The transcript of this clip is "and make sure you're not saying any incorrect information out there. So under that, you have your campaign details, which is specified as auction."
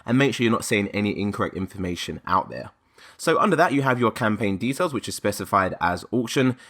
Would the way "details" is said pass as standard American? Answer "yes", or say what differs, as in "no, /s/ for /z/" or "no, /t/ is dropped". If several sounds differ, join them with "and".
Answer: yes